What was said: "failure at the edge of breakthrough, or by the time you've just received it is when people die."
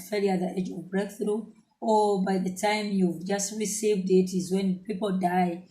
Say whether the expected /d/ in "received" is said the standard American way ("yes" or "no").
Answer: yes